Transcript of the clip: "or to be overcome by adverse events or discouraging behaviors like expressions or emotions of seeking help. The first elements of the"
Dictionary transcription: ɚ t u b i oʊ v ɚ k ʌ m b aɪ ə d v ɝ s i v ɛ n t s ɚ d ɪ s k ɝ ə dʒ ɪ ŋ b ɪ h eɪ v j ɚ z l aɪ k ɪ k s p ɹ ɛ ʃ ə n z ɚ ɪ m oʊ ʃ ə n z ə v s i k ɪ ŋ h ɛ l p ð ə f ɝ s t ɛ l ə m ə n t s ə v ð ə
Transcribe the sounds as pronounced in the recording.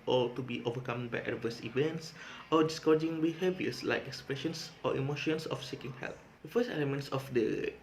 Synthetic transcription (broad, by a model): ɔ t u b i oʊ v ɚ k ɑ m b aɪ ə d v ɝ s i v ɛ n t s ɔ d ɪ s k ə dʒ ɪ ŋ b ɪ h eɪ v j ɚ s l aɪ k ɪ k s p ɹ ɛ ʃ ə n s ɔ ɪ m oʊ ʃ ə n s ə f s i k ɪ ŋ h ɛ l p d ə f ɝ s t ɛ l ə m ə n t s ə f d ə